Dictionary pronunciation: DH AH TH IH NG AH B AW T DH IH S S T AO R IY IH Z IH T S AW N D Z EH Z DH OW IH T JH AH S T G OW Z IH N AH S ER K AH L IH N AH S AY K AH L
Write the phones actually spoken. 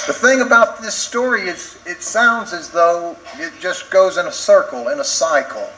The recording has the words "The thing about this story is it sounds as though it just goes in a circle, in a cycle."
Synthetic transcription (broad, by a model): DH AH TH IH NG AH B AW T DH IH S S T AO R IY IH Z IH T S AW N D Z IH Z DH OW IH T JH AH S G OW Z IH N AH S ER K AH L IH N AH S AY K L